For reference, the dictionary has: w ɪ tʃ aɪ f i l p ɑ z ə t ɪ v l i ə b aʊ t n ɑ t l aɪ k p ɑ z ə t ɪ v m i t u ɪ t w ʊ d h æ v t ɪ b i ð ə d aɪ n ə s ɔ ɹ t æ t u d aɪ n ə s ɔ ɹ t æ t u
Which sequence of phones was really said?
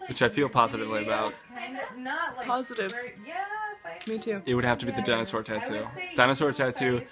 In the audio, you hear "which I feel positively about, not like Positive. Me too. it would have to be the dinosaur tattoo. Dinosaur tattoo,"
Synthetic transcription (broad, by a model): w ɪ tʃ aɪ f i l p ɑ z ə t ɪ v l i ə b aʊ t t p ɑ z ə t ɪ v m i t u ɪ t w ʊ d h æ f t ɪ b i ð ə d aɪ n ə s ɔ ɹ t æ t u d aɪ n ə s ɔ ɹ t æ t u